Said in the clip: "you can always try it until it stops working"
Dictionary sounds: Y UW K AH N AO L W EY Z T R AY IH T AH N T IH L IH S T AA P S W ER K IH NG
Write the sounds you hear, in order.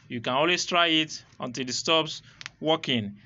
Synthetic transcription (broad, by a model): Y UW K AH N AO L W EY S T R AY IH T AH N T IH L IH S T AA P S W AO K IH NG